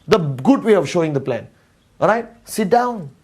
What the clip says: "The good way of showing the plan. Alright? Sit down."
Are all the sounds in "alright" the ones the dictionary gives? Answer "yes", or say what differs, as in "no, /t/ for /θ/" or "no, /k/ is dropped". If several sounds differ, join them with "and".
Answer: no, /l/ is dropped